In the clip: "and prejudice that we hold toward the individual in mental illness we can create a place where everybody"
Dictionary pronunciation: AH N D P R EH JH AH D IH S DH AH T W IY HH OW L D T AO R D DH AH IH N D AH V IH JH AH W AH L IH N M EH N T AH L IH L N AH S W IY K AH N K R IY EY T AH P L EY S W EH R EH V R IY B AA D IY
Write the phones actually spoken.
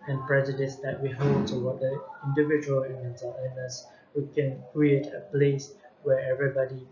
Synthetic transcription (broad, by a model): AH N P R EH JH AH D IH S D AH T W IY HH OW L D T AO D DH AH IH N D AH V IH JH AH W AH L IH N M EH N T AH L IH N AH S W IY K AH N K R IY EY T AH P L EY S W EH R EH V R IY B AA D IY